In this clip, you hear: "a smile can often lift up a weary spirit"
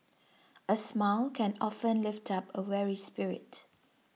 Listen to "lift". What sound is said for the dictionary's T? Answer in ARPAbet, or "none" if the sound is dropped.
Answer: T